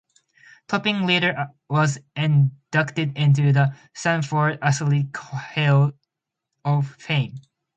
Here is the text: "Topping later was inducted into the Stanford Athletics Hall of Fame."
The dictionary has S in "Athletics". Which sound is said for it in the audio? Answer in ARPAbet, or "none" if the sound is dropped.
none